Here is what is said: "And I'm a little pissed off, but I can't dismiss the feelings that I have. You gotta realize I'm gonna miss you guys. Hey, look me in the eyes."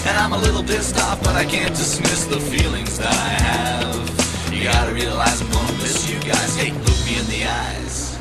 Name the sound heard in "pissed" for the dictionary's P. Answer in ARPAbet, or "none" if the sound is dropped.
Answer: B